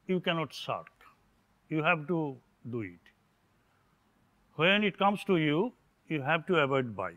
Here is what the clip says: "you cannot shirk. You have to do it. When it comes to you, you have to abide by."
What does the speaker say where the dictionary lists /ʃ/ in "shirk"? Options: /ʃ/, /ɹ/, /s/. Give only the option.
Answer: /s/